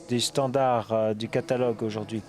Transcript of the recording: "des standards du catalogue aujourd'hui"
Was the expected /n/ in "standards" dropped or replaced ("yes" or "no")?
yes